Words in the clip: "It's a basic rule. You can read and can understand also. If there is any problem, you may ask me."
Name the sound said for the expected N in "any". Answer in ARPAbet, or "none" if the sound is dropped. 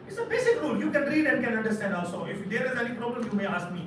L